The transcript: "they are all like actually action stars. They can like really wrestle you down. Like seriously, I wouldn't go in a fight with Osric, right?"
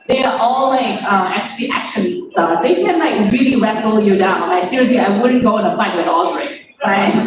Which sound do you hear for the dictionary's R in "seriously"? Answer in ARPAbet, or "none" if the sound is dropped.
R